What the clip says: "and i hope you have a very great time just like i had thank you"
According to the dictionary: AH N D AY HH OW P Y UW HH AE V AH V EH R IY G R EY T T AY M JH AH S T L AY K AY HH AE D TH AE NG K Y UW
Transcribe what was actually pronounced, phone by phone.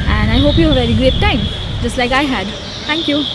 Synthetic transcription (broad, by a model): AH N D AY HH OW P Y UW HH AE AH V EH R IY G R EY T T AY M JH AH S T L AY K AY HH AE D T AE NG K Y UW